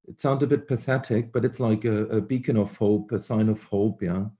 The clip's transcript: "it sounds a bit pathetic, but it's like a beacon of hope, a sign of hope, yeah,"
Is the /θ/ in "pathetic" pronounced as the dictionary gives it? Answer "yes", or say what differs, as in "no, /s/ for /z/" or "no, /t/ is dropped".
yes